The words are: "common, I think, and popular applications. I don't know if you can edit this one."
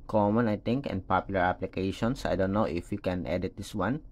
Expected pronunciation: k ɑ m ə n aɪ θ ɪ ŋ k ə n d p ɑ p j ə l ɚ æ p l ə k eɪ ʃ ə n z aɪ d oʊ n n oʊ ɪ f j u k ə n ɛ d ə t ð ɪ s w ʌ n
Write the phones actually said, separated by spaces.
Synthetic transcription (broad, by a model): k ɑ m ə n aɪ t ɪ ŋ k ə n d p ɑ p j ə l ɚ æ p l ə k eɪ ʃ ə n s aɪ d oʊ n n oʊ ɪ f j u k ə n ɛ d ə t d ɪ s w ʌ n